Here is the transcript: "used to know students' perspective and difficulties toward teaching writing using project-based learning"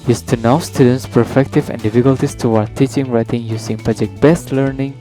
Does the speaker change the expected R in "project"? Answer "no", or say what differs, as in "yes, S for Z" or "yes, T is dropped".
yes, R is dropped